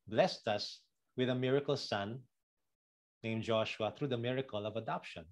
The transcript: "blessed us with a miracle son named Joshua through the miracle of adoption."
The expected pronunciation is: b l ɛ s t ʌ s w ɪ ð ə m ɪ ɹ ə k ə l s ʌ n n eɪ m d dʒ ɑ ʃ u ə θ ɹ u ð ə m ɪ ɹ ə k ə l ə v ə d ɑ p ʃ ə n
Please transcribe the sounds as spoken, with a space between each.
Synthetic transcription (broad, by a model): b l ɛ s t ʌ s w ɪ ð ə m ɪ ɹ ə k ə l s ʌ n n eɪ m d dʒ ɑ ʃ u ə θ ɹ u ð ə m ɪ ɹ ə k ə l ə v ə d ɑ p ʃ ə n